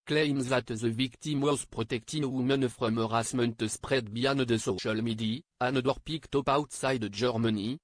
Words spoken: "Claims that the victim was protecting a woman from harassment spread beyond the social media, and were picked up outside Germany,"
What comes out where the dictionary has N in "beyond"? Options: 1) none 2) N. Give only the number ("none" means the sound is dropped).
2